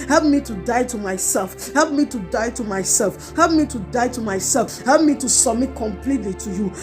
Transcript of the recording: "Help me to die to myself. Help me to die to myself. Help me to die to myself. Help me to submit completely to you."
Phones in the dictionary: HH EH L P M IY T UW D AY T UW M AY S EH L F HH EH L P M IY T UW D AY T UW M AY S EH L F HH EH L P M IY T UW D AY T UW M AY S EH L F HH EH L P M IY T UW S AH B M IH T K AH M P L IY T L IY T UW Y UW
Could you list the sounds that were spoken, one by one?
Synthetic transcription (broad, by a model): HH EH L P M IY T UW D AY T UW M AY S EH L F HH EH L P M IY T UW D AY T UW M AY S EH L F HH EH L P M IY T UW D AY T UW M AY S EH L F HH EH L P M IY T UW S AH M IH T K AH M P L IY T L IY T UW Y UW